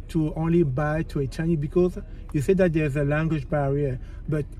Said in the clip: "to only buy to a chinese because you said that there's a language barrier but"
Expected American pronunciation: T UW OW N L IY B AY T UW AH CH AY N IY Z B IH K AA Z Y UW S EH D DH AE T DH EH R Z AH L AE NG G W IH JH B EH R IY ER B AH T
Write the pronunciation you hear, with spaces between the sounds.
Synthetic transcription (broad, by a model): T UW OW N L IY B AY T UW AH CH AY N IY B IH K AA Z Y UW S EH D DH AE T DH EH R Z AH L AE NG G W IH JH B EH R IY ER B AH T